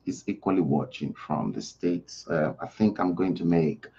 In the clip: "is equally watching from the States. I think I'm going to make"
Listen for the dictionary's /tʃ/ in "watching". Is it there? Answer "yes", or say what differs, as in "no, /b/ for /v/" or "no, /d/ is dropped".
yes